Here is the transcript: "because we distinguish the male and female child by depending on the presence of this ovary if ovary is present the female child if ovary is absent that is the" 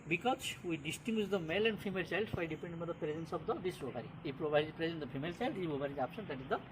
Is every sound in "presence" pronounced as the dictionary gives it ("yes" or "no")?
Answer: yes